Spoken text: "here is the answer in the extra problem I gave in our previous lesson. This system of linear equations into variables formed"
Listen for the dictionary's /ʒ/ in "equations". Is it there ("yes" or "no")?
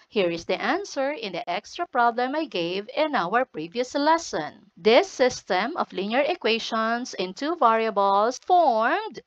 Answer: no